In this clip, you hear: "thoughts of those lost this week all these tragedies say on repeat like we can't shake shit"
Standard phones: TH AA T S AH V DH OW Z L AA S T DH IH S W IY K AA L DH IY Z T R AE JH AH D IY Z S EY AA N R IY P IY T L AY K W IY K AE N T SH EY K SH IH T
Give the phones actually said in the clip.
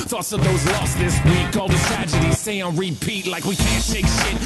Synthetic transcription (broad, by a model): TH AA T S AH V DH OW Z L AA S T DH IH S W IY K AA L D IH T R AE JH AH D IY Z S EY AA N R IY P IY T L AY K W IY K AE N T SH EY K SH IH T